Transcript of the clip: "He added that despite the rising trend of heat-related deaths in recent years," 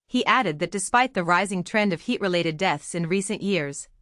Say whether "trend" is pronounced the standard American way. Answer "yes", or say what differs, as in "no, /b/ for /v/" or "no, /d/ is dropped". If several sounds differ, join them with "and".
yes